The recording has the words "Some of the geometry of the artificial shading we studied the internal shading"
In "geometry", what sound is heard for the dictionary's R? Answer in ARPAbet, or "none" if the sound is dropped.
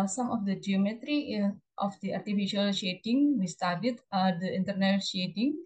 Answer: R